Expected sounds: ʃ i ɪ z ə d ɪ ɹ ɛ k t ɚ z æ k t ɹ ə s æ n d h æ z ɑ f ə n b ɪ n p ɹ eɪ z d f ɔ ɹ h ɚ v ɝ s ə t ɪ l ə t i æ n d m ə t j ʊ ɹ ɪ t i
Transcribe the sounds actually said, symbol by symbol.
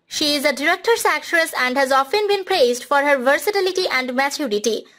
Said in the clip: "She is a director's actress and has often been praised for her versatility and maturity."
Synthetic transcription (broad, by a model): ʃ i ɪ z ə d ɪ ɹ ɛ k t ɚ s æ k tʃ ɹ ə s æ n d h æ z ɑ f ə n b ɪ n p ɹ eɪ z d f ɔ ɹ h ɚ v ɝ s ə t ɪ l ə t i æ n d m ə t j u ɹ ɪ t i